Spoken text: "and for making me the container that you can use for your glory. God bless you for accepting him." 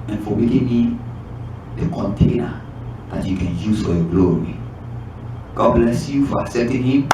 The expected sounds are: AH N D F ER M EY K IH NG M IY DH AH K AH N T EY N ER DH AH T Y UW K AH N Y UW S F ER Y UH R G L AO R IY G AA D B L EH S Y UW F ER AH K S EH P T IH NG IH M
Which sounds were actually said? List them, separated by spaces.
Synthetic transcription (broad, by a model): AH N F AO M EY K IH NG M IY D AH K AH N T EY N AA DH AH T Y UW K AH N Y UW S F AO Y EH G L AO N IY G AA D B L EH S Y UW F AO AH S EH T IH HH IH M